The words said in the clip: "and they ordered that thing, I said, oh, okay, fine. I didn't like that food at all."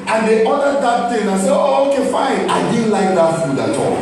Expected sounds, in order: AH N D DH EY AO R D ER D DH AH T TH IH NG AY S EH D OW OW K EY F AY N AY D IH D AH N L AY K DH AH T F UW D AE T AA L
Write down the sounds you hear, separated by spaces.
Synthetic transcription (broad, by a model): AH N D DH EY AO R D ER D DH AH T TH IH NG AY S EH OW OW K EY F AY N AY D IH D N L AY K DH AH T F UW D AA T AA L